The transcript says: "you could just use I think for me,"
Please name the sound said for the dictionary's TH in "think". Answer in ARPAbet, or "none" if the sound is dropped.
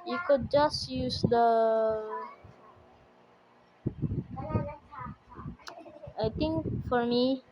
T